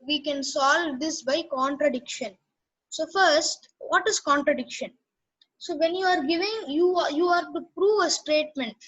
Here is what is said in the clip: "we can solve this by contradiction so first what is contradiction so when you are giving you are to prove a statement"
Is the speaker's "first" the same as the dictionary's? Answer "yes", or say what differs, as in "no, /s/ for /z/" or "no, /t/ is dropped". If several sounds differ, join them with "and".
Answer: yes